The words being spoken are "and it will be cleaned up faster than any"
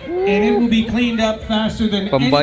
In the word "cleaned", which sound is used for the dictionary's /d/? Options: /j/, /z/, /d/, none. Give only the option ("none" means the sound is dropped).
/d/